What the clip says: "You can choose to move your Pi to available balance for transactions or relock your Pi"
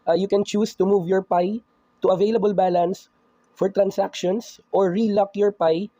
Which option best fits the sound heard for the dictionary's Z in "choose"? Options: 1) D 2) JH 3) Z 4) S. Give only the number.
4